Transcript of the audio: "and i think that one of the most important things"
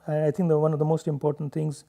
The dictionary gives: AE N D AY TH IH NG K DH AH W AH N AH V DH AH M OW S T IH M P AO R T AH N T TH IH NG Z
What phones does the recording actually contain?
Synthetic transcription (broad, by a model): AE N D AY T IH NG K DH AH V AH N AH V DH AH M OW S T IH M P AO R T AH N T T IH NG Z